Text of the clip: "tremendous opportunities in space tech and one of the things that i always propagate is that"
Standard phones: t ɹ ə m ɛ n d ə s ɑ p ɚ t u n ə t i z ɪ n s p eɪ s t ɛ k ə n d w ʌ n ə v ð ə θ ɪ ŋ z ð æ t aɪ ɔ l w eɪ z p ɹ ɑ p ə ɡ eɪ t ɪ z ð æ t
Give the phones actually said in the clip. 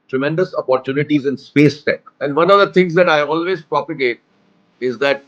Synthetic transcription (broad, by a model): t ɹ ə m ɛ n d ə s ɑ p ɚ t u n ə t i z ɪ n s p eɪ s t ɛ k ə n d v ʌ n ə v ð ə t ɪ ŋ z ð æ t aɪ ɔ l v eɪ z p ɹ ɑ p ə ɡ eɪ t ɪ z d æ t